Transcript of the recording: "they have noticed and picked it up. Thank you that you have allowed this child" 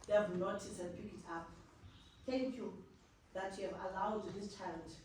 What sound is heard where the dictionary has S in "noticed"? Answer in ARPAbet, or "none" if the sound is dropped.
none